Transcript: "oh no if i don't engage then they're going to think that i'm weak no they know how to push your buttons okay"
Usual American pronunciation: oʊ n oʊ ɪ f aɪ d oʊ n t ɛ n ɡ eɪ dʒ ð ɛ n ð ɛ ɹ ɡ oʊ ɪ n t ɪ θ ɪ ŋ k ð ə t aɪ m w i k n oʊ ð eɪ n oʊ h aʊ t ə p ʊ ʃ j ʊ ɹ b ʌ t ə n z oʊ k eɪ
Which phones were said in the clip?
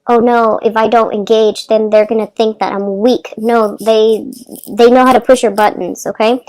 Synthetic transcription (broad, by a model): oʊ n oʊ ɪ f aɪ d oʊ n t ɛ n ɡ eɪ dʒ ð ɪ n ð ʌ ɹ ɡ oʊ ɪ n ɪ θ ɪ ŋ k ð ə t aɪ m w i k n oʊ ð eɪ n oʊ h aʊ t ə p ʊ ʃ j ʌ ɹ b ʌ t n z oʊ k eɪ